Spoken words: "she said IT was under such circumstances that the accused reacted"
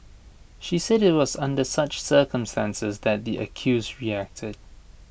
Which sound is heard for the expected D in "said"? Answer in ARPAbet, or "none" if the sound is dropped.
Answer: D